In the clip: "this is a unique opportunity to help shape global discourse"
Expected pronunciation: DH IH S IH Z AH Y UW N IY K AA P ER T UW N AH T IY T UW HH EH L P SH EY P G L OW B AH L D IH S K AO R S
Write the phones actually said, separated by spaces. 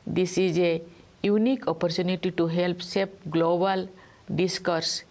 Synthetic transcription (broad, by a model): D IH S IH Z AH Y UW N IY K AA P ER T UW N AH T IY T UW HH EH L P S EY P G L OW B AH L D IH S K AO R S